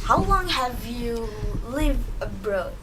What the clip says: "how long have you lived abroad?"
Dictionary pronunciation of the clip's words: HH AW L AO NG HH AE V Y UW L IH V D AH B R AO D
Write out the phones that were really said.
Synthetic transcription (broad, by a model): HH AW L AO NG HH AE V Y UW L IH V AH B R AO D